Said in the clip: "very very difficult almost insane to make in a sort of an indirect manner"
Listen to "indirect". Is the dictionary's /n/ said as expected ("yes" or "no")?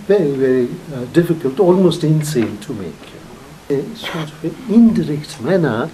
no